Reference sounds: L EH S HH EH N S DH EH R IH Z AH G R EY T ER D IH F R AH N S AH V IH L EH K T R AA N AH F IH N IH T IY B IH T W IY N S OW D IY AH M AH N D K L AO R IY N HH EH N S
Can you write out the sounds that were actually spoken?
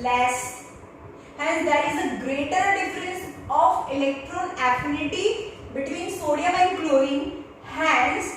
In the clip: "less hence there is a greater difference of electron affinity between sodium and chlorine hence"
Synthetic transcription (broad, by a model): L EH S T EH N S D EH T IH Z AH G R EY T ER D IH F R AH N S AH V IH L EH K T R AA N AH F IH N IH T IY B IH T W IY N S OW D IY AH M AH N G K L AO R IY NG HH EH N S